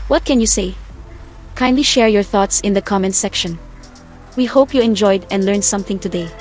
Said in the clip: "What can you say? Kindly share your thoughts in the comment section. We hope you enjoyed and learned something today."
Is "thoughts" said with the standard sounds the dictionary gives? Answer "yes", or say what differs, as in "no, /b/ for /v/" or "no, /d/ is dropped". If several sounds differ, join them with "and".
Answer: yes